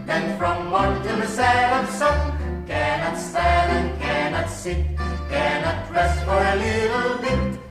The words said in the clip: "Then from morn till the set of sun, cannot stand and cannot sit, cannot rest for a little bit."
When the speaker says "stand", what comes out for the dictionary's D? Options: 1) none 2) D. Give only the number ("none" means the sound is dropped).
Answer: 1